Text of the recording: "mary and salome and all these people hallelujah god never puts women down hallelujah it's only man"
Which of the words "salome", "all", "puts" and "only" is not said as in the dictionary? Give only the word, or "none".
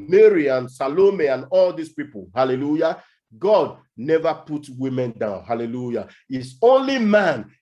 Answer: puts